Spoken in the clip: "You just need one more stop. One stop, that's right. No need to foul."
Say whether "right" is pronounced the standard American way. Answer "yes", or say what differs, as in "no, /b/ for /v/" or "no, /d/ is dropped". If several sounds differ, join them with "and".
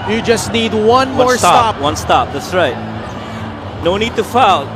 yes